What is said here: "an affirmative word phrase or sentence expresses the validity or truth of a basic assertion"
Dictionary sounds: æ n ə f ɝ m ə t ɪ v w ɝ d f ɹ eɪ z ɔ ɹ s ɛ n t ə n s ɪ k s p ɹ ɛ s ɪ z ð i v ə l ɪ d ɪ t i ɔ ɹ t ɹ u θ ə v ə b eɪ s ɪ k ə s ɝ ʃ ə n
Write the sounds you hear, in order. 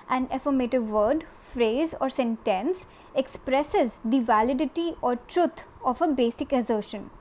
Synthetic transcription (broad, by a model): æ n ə f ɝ m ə t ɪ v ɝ d f ɹ eɪ z ɔ ɹ s ɛ n t ə n s ɪ k s p ɹ ɛ s ɪ z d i v ə l ɪ d ɪ t i ɔ ɹ t ɹ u t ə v ə b eɪ s ɪ k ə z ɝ ʃ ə n